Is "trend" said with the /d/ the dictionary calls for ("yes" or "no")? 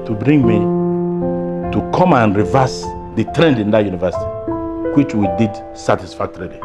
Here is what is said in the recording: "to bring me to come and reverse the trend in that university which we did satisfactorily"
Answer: yes